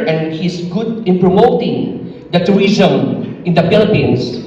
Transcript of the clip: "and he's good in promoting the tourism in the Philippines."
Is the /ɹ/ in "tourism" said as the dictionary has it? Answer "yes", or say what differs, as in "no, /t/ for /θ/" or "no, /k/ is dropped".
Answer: no, /ɹ/ is dropped